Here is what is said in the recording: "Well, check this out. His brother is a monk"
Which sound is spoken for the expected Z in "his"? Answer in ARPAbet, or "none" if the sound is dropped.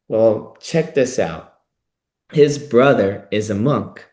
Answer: Z